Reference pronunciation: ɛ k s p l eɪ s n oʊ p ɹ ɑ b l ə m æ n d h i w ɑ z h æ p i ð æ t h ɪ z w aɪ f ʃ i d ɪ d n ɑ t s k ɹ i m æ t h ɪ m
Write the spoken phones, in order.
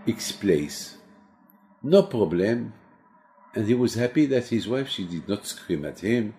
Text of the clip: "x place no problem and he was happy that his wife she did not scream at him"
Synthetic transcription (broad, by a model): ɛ k s p l eɪ s n oʊ p ɹ ɑ b l ə m æ n d h i w ɑ z h æ p i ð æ t h ɪ z w aɪ f ʃ i d ɪ d n ɑ t s k ɹ i m æ t h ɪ m